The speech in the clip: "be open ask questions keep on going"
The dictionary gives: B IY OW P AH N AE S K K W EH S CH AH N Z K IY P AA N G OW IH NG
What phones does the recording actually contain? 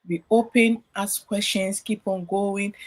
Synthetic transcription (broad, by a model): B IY OW P AH N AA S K K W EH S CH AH N S K IY P AA N G OW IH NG